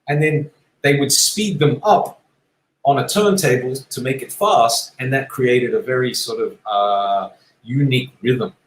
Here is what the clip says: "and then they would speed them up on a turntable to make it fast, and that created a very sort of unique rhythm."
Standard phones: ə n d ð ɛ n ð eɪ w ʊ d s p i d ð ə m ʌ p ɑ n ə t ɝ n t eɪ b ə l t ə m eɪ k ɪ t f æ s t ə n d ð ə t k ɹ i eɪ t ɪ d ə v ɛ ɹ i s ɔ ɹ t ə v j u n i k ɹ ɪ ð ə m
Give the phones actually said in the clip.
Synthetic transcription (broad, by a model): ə n ð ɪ n ð eɪ w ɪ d s p i d ð ə m ʌ p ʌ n ə t ɝ n t eɪ b l t ə m eɪ k ɪ t f æ s t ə n ð ə t k ɹ i eɪ t ɪ d ə v ɛ ɹ i s ɔ ɹ t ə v j u n i k ɹ ɪ ð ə m